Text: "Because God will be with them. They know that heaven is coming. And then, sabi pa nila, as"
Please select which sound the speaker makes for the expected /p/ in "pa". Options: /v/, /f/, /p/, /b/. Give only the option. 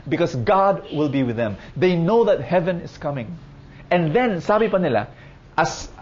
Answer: /p/